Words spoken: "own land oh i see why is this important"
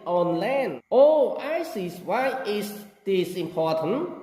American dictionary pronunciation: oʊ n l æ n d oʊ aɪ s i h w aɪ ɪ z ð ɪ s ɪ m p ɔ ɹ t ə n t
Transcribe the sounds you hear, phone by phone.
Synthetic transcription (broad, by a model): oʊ n l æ n oʊ aɪ s i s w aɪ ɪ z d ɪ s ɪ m p ɔ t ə n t